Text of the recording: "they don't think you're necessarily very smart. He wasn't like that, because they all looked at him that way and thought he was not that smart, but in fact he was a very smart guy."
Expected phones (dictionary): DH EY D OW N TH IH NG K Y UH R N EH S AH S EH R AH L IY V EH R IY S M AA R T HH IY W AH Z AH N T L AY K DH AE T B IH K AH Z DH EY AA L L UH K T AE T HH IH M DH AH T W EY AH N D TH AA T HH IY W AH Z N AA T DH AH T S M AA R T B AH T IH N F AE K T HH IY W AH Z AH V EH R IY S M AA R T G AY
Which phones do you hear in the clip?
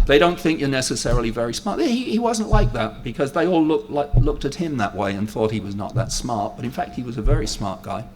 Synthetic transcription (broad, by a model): DH EY D OW N TH IH NG K Y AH R N EH S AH S EH R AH L IY V EH R IY S M AA R T HH IY W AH Z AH N T L AY K DH AE T B IH K AH Z DH EY AA L L UH K T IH T HH IH M DH AH T W EY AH N TH AA T HH IY W AH Z N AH T DH AH T S M AA R T B AH T IH N F AE K T HH IY W AH Z AH V EH R IY S M AA R T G AY